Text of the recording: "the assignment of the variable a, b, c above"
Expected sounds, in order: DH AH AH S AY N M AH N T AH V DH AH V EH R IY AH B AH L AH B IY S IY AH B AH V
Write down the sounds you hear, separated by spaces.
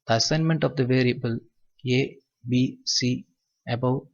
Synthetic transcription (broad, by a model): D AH AH S AY N M AH N T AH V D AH V EH R IY AH B AH L AH B IY S IY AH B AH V